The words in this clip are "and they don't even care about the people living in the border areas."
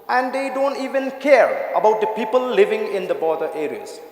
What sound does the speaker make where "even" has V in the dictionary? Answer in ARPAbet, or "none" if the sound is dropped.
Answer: V